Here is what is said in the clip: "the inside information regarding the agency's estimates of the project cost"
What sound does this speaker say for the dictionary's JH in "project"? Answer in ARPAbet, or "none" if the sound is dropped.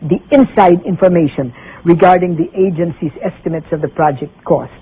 JH